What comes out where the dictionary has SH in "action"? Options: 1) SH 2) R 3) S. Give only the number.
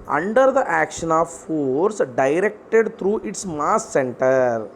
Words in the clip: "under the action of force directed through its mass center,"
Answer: 1